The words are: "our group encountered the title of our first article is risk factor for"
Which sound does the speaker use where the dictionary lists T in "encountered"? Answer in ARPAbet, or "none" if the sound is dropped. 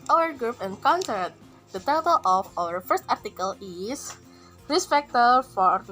S